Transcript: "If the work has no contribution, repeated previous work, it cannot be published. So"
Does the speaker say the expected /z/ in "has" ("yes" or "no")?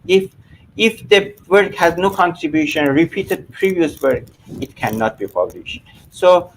yes